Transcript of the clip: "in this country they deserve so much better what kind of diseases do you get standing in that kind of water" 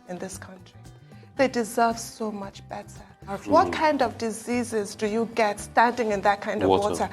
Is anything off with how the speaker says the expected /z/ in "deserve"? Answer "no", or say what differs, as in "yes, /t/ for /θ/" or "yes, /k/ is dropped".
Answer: no